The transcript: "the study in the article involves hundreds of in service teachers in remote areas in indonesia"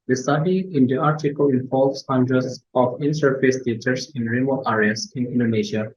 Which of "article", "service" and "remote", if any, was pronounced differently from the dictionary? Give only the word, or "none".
service